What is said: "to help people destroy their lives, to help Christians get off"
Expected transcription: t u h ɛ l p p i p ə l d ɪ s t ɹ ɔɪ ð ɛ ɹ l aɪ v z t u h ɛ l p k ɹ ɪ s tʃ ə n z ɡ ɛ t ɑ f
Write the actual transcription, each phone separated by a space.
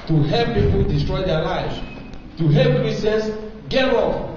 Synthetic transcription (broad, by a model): t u h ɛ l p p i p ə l d ɪ s t ɹ ɔɪ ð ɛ l aɪ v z t u h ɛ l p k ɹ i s ə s ɡ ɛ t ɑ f